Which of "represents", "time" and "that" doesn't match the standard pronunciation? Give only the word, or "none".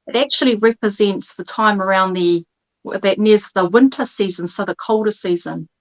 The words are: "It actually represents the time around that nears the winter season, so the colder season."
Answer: none